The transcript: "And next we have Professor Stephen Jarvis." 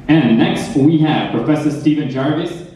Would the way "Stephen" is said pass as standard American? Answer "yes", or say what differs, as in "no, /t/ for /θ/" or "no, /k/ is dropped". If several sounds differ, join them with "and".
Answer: yes